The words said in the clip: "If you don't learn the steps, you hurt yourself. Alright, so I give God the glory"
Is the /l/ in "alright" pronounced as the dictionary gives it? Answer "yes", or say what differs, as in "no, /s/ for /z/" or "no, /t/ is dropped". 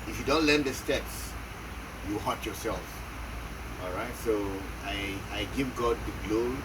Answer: yes